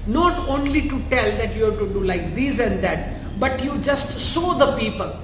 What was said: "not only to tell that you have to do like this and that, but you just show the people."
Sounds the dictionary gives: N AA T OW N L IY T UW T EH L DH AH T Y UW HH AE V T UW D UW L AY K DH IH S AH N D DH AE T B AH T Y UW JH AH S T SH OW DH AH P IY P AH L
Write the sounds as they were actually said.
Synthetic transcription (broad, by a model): N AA T OW N L IY T UW T EH L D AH T Y UW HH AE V T UW D UW L AY K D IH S AH N D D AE T B AH T Y UW JH AH S T S OW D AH P IY P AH L